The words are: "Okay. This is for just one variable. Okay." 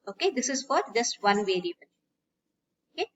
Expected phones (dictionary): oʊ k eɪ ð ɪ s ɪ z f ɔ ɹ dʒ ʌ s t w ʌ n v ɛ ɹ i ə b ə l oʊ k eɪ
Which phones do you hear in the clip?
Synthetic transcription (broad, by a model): oʊ k eɪ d ɪ s ɪ z f ɔ ɹ dʒ ʌ s t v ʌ n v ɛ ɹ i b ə n oʊ k eɪ